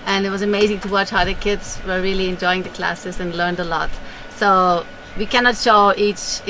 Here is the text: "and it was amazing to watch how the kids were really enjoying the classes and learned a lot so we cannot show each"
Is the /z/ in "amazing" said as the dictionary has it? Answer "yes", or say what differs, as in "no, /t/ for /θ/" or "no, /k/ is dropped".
yes